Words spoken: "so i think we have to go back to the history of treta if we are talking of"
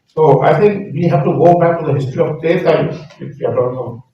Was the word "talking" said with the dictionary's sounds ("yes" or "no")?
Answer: no